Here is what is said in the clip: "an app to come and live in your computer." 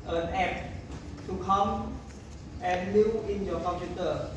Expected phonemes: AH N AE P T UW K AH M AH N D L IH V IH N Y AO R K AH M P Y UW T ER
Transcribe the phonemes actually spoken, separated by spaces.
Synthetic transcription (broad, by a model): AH N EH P T UW K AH M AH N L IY IH N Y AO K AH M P Y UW T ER